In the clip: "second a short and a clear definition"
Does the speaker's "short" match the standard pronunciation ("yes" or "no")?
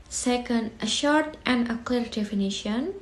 yes